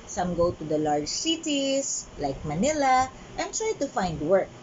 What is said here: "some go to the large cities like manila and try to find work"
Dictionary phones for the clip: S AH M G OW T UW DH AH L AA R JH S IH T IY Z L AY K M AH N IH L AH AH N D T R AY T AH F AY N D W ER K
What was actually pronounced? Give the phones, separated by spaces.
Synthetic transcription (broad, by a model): S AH M G OW T UW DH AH L AA R JH S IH T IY S L AY K M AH N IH L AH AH N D T R AY T AH F AY N D W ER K